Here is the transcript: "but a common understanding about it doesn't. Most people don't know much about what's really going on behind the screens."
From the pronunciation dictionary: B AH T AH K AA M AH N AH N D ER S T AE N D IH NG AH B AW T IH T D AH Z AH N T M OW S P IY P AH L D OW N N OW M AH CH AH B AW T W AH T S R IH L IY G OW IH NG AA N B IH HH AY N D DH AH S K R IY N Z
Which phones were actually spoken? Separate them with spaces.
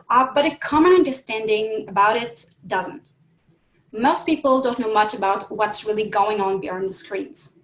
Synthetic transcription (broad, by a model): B AH T AH K AA M AH N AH N D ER S T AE N D IH NG AH B AW T IH T D AH Z AH N T M OW S P IY P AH L D OW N N OW M AH CH AH B AW T W AH T S R IH L IY G OW IH NG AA N B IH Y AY N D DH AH S K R IY N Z